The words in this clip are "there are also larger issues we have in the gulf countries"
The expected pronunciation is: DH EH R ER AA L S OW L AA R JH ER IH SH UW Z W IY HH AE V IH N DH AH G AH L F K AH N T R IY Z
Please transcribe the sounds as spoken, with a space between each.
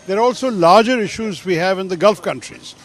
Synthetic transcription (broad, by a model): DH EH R AA L S OW L AA R JH ER IH SH UW Z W IY HH AE V IH N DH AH G AH L F K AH N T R IY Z